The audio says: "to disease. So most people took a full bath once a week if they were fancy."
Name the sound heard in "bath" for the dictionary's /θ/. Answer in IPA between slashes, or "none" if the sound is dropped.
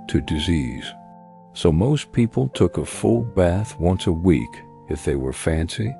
/θ/